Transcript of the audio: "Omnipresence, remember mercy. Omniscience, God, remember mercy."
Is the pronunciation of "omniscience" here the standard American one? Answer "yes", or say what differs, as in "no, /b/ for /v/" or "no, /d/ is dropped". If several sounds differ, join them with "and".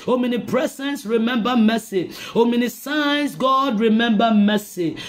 no, /s/ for /ʃ/